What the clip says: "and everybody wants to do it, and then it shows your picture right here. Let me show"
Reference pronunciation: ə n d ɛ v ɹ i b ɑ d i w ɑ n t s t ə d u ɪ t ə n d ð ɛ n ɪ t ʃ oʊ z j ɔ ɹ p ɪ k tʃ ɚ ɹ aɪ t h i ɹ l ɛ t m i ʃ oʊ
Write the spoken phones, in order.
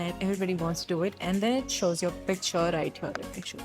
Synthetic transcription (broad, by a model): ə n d ɛ v ɹ i b ɑ d i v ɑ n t s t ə d u ɪ t ə n d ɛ n ɪ t ʃ oʊ z j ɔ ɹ p ɪ k tʃ ɚ ɹ aɪ t h i ɹ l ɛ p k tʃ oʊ